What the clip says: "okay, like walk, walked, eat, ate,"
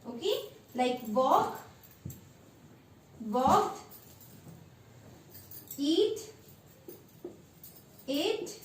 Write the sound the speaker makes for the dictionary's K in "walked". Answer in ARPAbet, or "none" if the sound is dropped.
none